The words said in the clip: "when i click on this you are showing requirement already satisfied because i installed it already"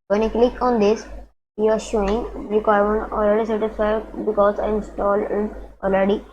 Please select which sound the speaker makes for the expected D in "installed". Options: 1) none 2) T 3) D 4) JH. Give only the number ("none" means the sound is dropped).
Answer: 1